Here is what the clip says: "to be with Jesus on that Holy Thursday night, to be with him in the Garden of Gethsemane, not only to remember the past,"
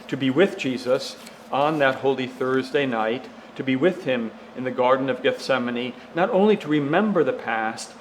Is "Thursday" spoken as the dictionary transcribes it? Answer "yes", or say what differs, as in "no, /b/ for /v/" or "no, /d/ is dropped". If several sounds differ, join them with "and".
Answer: yes